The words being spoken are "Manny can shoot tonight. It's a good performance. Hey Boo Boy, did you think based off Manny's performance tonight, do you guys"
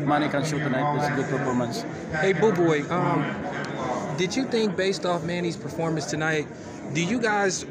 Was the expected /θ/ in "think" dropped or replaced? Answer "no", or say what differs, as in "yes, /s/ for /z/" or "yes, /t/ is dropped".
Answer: no